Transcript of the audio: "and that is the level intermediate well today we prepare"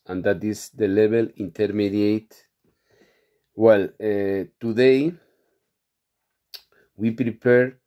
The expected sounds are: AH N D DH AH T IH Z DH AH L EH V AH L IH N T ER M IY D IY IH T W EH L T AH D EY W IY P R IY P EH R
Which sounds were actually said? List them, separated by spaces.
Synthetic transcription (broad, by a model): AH N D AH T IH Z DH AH L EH B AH L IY N T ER M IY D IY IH T W EH L T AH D EY W IY P R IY P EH R